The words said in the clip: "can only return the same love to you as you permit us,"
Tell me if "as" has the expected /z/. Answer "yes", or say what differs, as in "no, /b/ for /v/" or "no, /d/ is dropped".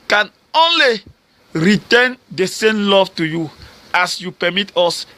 no, /s/ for /z/